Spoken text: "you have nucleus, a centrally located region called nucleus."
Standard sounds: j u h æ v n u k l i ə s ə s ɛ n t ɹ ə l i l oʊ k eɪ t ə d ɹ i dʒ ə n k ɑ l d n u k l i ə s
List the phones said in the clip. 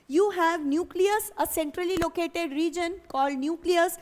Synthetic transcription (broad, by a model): j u h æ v n u k l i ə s ə s ɛ n t ɹ ə l i l oʊ k eɪ t ə d ɹ i dʒ ə n k ɑ l d n u k l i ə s